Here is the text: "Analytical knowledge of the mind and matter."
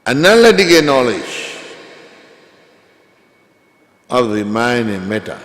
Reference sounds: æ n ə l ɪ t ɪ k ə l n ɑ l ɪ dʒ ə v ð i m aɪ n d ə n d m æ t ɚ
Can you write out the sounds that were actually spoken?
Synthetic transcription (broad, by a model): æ n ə l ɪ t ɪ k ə n ɑ l ɪ dʒ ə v ð i m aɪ n ə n m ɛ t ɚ